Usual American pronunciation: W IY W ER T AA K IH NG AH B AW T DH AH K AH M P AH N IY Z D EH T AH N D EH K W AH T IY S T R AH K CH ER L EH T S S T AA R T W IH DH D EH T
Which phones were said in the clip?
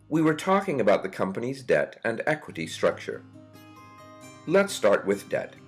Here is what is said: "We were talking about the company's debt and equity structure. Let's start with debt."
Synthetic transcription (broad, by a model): W IY W ER T AA K IH NG AH B AW T DH AH K AH M P AH N IY Z D EH T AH N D EH K W AH T IY S T R AH K CH ER L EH T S S T AA R T W IH DH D EH T